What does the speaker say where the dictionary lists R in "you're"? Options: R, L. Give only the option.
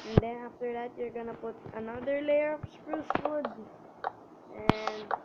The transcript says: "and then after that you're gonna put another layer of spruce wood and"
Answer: R